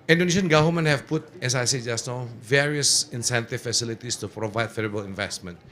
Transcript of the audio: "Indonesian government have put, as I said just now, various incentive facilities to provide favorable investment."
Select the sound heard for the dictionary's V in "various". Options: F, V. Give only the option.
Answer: V